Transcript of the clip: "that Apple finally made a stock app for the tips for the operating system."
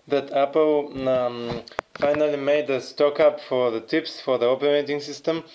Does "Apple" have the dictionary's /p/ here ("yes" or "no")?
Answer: yes